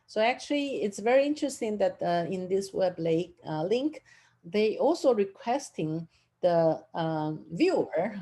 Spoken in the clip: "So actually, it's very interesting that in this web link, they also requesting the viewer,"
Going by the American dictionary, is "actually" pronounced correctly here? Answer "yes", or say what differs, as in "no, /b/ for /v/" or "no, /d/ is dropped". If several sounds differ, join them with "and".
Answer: yes